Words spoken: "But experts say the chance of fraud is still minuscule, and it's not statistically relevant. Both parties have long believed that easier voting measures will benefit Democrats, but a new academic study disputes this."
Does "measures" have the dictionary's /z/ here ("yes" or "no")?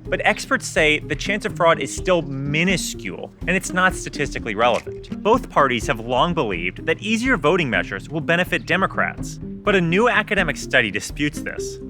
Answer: yes